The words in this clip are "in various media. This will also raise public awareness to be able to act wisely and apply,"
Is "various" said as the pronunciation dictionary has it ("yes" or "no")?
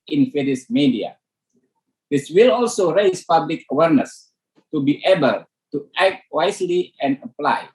no